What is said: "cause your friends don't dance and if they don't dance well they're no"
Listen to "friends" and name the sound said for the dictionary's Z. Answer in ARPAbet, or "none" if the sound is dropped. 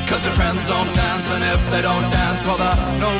Z